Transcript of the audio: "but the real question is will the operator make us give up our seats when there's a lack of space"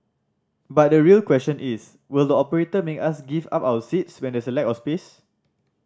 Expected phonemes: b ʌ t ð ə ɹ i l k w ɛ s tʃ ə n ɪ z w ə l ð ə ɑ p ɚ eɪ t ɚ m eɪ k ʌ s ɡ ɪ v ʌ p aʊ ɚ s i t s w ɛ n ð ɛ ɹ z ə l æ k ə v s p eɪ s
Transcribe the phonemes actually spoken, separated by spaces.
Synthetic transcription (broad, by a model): b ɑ t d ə ɹ i l k w ɛ s tʃ ə n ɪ s w ə l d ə ɑ p ɚ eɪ t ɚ m eɪ k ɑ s ɡ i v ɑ p aʊ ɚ s i t s w ɛ n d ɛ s ə l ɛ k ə s p eɪ s